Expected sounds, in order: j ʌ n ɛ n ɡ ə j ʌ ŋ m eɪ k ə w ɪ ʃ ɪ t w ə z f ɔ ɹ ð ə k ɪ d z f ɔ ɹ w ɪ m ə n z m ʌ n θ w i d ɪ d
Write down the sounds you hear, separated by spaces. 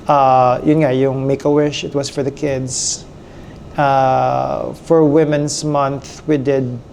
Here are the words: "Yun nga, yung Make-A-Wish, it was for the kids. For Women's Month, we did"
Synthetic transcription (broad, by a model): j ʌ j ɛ n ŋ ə j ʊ ŋ m eɪ k ə w ɪ ʃ ɪ t w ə s f ɔ ɹ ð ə k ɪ d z f ɔ ɹ w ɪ m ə n s m ʌ n θ w i d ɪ d